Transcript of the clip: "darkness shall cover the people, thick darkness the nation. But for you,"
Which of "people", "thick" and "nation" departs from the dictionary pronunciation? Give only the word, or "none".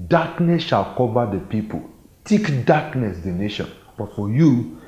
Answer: thick